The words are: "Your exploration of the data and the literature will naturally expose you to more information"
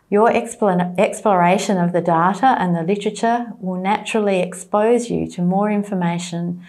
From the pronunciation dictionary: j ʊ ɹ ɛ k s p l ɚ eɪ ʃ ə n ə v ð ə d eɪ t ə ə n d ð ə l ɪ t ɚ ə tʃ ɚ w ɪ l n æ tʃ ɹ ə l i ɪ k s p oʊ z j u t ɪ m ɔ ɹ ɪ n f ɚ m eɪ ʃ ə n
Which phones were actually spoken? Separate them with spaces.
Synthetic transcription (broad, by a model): j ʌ ɹ ɛ k s p l ɚ eɪ ʃ ə n ə v ð ə d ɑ t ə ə n ð ə l ɪ t ɚ ə tʃ ɚ w ɪ l n æ tʃ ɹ l i ɪ k s p oʊ z j u t ɪ m ɔ ɹ ɪ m f ɚ m eɪ ʃ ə n